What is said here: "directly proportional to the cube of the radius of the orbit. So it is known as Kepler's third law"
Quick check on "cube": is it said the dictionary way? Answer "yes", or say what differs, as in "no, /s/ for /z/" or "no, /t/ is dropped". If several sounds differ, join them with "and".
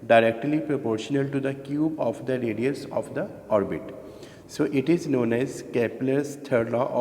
yes